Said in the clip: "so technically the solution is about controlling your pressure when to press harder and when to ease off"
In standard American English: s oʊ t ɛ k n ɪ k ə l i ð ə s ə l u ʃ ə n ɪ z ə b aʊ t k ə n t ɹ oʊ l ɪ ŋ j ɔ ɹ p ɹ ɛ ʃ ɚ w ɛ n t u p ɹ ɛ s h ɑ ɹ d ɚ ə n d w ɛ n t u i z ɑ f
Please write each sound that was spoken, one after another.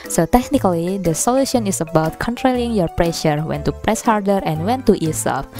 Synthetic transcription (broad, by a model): s oʊ t ɛ k n ɪ k ə l i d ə s ə l u ʃ ə n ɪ s ə b aʊ t k ə n t ɹ oʊ l ɪ ŋ j ɔ ɹ p ɹ ɛ ʃ ɚ w ɛ n t u p ɹ ɛ s h ɑ ɹ d ɚ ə n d w ɛ n t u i s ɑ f